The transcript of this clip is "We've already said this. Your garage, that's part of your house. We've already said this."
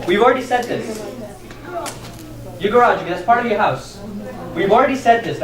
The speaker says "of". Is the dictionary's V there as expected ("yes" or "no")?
yes